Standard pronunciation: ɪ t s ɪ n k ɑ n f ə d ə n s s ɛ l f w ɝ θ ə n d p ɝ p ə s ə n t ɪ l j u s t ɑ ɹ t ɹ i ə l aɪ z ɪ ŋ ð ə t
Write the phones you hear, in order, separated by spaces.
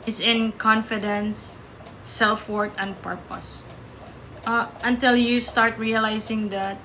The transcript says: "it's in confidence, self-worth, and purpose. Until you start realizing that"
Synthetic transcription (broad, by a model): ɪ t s ɪ n k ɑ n f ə d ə n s s ɛ l f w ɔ t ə n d p ɝ p ə s ə n t ɪ l j u s t ɑ ɹ t ɹ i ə l aɪ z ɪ ŋ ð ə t